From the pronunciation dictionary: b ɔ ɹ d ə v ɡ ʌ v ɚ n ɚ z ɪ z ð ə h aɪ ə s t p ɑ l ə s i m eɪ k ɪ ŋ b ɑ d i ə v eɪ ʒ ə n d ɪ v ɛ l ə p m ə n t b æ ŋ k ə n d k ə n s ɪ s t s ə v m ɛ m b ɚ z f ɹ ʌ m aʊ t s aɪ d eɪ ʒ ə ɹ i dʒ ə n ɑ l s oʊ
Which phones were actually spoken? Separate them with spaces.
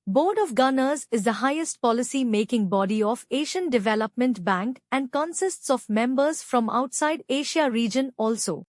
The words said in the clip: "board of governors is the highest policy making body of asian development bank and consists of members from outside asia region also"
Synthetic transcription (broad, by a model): b ɔ ɹ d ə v ɡ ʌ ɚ n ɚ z ɪ z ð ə h aɪ ə s t p ɑ l ə s i m eɪ k ɪ ŋ b ɑ d i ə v eɪ ʃ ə n d ɪ v ɛ l ə p m ə n t b æ ŋ k ə n d k ə n s ɪ s t s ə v m ɛ m b ɚ z f ɹ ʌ m aʊ t s aɪ d eɪ ʃ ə ɹ i dʒ ə n ɑ l s oʊ